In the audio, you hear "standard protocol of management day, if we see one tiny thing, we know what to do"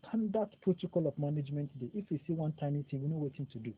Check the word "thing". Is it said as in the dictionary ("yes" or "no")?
no